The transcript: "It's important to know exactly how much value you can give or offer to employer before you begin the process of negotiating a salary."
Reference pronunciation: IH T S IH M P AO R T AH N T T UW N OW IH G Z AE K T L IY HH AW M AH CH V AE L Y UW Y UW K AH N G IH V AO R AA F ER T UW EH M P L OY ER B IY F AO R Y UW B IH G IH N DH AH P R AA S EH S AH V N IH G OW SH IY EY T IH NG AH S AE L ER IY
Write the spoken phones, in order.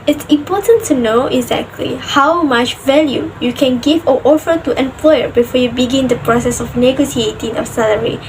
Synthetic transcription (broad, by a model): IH T S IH M P AO T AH N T T UW N OW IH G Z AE K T L IY HH AW M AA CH V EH L Y UW Y UW K AH N G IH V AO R AA F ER T UW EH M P L OY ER B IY F AO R Y UW B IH G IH N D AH P R AA S EH S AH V N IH G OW S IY EY T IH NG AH S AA L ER IY